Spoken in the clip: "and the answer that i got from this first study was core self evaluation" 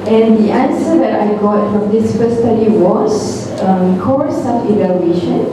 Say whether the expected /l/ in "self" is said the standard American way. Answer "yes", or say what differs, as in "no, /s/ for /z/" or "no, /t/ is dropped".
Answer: no, /l/ is dropped